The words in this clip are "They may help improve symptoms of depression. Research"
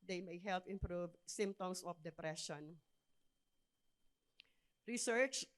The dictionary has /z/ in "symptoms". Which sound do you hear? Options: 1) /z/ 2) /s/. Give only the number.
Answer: 2